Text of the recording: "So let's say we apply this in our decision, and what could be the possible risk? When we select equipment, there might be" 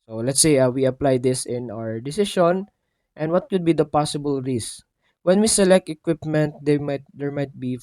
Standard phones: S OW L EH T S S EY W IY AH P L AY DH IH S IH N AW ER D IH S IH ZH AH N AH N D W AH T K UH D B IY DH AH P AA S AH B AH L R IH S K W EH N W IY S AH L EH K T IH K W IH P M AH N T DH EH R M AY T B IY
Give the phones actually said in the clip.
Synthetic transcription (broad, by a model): S OW L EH T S S EY W IY AH P L AY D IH S IH N AW ER D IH S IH SH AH N AH N D W AH T K UH D B IY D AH P AA S AH B AH L R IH S W EH N W IY S AH L EH K T IH K W IH P M AH N T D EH R M AY T B IY